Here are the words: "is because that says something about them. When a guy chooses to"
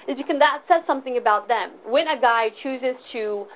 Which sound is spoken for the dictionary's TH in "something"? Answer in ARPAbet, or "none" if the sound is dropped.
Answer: TH